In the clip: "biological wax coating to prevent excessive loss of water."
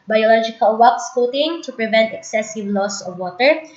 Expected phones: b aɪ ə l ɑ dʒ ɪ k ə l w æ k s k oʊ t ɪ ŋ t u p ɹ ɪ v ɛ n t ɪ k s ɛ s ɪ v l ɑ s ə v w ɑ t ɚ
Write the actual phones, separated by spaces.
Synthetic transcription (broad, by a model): b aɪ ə l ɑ dʒ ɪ k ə l w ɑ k s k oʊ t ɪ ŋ t u p ɹ ɪ v ɛ n t ɪ k s ɛ s ɪ v l ɑ s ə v w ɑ t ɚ